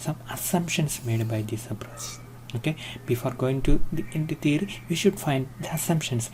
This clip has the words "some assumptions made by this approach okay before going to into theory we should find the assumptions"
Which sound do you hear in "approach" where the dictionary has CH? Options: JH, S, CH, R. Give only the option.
S